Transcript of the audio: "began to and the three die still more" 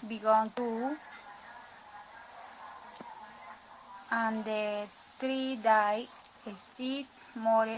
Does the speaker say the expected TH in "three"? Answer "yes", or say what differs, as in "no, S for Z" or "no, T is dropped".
no, T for TH